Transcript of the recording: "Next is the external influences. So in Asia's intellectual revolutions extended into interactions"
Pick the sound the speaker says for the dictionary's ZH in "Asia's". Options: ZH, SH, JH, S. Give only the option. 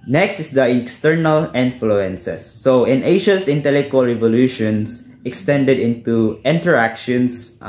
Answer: SH